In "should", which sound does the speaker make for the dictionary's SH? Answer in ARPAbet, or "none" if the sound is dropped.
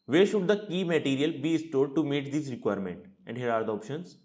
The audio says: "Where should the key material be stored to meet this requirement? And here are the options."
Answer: SH